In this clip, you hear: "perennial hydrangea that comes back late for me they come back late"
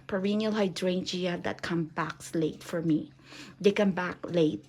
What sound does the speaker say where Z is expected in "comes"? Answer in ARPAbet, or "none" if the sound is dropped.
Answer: none